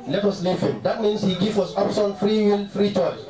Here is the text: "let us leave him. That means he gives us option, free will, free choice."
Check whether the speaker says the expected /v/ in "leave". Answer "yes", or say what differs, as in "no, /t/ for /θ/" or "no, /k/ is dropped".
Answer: no, /f/ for /v/